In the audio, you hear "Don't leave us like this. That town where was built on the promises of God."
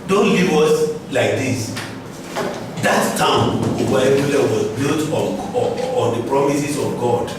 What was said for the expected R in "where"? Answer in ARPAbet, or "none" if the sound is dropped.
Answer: L